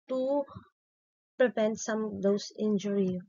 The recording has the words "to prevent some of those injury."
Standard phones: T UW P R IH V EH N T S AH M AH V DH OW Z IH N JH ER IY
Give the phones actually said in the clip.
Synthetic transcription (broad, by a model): T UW P R IH V EH N T S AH M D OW S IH N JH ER IY